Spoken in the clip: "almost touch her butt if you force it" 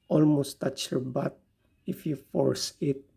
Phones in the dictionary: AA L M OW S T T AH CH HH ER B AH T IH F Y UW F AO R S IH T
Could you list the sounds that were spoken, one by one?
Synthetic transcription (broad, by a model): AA L M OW S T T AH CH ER B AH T IH F Y UW F AO R S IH T